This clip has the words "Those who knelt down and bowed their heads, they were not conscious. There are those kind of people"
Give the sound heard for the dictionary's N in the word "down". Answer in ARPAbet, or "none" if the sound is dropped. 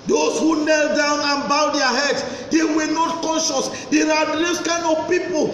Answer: N